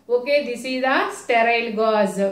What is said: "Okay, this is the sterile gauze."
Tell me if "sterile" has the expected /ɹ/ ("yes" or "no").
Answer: yes